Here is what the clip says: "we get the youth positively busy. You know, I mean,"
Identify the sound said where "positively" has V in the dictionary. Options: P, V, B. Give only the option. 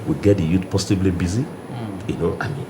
B